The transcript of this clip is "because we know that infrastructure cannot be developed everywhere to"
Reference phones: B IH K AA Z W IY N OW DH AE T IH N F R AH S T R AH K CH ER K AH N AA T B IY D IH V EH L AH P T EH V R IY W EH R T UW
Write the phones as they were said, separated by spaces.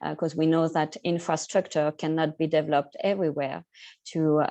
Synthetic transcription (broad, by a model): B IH K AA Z W IY N OW DH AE T IH N F R AH S T R AH K CH ER K AH N AA T B IY D IH V EH L AH P T EH V R IY W EH R T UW